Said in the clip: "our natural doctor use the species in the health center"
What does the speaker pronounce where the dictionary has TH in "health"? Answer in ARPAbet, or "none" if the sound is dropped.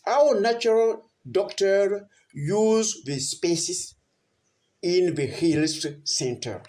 T